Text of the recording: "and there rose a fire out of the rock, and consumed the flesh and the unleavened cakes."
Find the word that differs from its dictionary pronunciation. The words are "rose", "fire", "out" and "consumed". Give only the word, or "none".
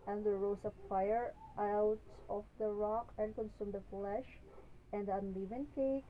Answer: rose